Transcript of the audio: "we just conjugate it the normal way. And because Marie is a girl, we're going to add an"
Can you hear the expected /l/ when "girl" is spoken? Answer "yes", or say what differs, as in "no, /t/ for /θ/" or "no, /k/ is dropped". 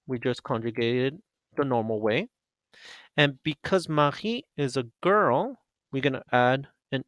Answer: yes